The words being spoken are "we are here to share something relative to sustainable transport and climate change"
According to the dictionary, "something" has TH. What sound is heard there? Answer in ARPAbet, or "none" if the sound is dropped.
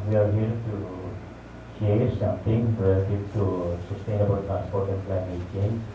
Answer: T